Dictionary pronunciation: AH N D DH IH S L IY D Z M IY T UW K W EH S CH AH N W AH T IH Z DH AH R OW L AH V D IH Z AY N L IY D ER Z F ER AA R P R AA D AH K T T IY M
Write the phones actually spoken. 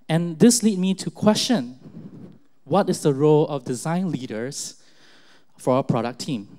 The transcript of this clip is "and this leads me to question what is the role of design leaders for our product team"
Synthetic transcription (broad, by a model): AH N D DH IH S L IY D M IY T UW K W EH S CH AH N W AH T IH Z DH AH R OW L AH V D IH Z AY N L IY D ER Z F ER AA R P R AA D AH K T T IY M